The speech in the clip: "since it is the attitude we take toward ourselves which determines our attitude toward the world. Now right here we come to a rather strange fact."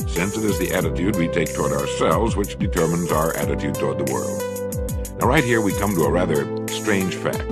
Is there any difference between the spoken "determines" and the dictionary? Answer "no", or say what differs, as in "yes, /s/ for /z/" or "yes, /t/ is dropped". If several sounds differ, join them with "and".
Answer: no